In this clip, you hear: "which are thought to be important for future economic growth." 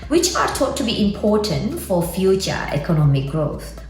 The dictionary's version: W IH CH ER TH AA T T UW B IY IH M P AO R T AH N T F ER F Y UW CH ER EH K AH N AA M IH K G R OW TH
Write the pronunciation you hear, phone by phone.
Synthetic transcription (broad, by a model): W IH CH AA T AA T T UW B IY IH M P AO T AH N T F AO F Y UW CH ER EH K AH N AA M IH K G R OW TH